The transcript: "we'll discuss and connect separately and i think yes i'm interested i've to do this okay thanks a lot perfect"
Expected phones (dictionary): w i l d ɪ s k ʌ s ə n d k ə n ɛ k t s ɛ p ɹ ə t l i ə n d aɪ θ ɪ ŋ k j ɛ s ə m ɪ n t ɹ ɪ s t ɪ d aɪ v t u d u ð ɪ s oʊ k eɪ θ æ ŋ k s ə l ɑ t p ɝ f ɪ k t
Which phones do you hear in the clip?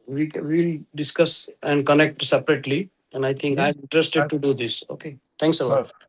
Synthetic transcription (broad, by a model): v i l d ɪ s k ʌ s ə n d k ə n ɛ k t s ɛ p ɹ ə t l i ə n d aɪ t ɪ ŋ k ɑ ə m ɪ n t ɹ ɪ s t ɪ d t u d u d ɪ s oʊ k eɪ t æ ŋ k s ə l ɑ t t